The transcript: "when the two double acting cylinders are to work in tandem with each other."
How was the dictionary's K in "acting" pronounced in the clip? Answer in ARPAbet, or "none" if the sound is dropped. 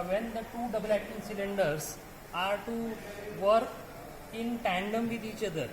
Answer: none